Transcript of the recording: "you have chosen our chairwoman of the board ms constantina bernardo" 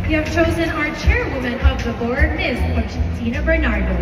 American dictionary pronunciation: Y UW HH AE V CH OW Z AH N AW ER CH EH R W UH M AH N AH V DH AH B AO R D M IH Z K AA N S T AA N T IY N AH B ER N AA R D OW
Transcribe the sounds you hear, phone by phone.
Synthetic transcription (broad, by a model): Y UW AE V CH OW Z AH N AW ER CH EH R W UH M AH N AH V DH AH B AO R D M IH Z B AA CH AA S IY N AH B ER N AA R D OW